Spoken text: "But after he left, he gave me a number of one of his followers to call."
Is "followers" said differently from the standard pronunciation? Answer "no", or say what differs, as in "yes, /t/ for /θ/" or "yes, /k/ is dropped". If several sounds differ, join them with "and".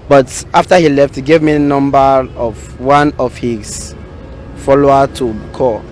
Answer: yes, /z/ is dropped